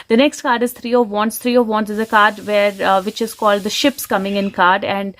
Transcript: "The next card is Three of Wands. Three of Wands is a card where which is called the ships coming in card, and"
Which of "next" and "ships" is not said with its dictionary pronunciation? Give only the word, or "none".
none